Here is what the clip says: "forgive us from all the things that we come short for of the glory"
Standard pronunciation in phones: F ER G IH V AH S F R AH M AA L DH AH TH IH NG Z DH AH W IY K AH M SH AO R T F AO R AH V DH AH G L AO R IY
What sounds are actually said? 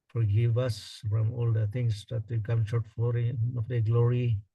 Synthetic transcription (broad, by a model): F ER G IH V AH S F R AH M AA L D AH T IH NG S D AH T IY K AH M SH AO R T F AO R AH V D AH G L AO R IY